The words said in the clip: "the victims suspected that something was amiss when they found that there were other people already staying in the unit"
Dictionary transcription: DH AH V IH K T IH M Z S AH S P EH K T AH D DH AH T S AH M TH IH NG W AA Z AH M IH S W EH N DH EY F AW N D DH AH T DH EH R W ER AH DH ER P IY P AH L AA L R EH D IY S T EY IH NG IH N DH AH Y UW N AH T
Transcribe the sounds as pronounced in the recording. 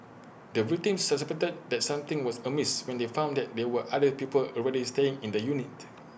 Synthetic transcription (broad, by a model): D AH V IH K T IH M S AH S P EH T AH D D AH T S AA M T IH NG W AA S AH M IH S W EH N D EY F AW N D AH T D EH W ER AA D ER P IY P AH L AA L R EH D IY S T EY IH NG IH N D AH Y UW N AH T